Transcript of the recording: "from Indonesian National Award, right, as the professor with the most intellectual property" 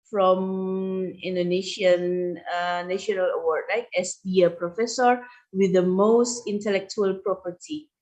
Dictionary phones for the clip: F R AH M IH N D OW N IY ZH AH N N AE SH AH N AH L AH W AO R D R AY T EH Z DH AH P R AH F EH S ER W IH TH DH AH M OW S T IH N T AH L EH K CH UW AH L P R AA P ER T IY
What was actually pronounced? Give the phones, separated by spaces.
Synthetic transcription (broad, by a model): F R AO M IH N D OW N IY SH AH N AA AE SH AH N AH L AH W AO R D L AY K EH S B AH P R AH F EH S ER W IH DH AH M OW S T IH N T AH L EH K CH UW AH L P R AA P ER T IY